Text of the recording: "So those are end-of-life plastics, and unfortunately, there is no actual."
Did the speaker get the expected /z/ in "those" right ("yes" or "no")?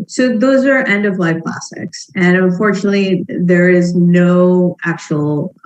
yes